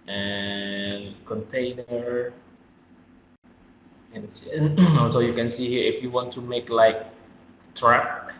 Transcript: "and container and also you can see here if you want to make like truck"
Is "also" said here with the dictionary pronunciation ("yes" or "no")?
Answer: no